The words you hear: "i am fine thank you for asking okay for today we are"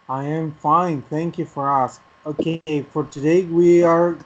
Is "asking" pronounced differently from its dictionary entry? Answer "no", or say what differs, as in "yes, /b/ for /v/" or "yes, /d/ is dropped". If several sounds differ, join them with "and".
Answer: yes, /k/ is dropped